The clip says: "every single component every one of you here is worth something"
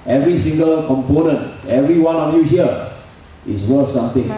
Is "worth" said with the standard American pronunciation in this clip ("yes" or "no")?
no